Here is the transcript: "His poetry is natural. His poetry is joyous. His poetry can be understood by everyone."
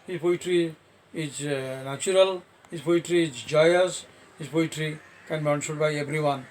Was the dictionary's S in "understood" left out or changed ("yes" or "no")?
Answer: yes